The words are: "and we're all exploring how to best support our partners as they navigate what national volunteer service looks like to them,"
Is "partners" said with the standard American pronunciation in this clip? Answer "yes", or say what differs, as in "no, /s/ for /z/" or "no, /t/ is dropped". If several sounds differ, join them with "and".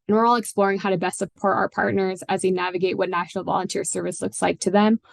yes